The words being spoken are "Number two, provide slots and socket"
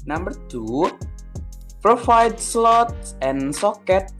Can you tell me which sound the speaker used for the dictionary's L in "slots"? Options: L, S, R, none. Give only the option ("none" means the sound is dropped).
L